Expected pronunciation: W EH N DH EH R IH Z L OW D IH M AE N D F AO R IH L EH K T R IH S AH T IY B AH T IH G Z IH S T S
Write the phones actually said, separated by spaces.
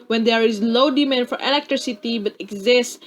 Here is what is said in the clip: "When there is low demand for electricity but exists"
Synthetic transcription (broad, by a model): W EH N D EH R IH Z L OW D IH M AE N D F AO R IH L EH K T R IH S AH T IY B AH T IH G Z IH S S